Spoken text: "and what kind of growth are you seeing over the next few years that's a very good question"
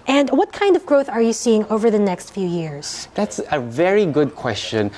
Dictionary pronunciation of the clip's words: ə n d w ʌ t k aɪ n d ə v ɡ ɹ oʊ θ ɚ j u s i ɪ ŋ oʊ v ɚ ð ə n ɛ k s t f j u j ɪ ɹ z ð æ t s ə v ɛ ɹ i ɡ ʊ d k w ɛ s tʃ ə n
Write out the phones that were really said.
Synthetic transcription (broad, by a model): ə n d w ʌ t k aɪ n d ə v ɡ ɹ oʊ θ ɚ j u s i ɪ ŋ oʊ v ɚ ð ə n ɛ k s t f j u j ɪ ɹ z ð æ t s ə v ɛ ɹ i ɡ ʊ d k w ɛ s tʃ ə n